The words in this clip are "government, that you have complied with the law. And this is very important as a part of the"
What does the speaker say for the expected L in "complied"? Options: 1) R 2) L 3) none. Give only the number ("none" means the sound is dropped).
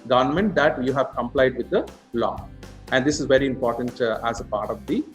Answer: 2